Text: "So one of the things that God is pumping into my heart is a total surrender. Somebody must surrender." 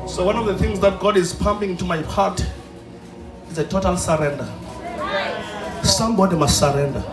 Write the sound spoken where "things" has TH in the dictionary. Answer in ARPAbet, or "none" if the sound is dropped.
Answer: TH